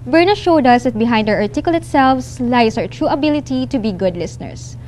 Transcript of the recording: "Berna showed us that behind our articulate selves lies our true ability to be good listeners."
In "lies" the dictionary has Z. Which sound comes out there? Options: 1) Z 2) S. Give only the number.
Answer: 2